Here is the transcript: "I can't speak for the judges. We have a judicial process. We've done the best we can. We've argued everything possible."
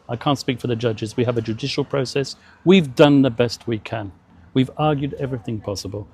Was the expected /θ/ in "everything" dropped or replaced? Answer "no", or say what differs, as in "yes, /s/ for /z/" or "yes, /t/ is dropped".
no